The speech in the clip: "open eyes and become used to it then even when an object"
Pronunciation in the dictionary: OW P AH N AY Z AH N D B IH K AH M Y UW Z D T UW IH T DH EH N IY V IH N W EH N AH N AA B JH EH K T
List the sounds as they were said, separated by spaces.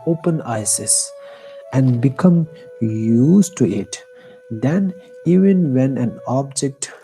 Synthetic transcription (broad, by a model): OW P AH N AY S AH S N B IH K AH M Y UW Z T UW IH T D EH N IY V IH N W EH N AH N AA B JH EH K T